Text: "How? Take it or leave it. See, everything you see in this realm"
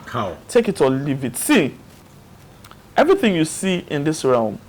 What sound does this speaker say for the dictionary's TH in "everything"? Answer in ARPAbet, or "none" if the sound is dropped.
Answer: TH